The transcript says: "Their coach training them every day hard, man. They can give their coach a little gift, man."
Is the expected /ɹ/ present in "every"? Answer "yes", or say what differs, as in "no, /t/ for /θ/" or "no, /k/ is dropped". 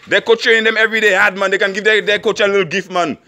yes